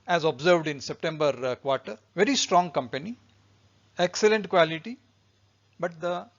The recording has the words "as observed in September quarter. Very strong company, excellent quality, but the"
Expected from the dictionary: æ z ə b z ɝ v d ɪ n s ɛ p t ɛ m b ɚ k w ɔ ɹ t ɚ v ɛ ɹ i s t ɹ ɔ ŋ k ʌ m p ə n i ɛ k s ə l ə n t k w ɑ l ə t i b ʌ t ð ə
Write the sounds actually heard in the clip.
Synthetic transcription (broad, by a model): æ z ə b z ɝ v d ɪ n s ɛ p t ɛ m b ɚ k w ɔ ɹ t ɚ v ɛ ɹ i s t ɹ ɔ ŋ k ʌ m p ə n i ɛ k s ə l ə n t k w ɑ l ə t i b ʌ t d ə